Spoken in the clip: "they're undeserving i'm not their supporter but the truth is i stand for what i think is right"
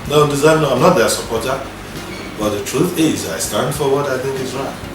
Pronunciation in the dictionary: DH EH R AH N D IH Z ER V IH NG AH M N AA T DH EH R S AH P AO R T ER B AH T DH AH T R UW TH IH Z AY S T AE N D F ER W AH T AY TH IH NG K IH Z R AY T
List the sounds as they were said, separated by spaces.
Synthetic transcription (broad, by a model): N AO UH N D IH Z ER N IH AH M N AA T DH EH S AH P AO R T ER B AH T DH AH T R UW TH IH Z AY S T AE N D F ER W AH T AY TH IH NG K IH Z R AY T